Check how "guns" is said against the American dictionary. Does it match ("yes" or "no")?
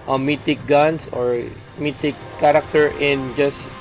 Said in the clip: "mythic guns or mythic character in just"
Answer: no